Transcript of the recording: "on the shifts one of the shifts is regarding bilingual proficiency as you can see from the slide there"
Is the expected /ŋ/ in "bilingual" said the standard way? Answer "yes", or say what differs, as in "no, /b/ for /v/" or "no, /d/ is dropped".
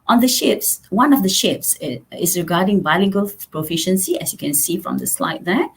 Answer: no, /ŋ/ is dropped